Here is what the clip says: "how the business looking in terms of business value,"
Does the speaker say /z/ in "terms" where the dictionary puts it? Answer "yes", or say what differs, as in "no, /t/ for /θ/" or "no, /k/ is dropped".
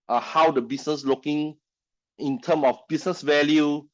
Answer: no, /z/ is dropped